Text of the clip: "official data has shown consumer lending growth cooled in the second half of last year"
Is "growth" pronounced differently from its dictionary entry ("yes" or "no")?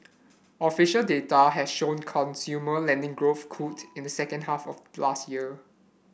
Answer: no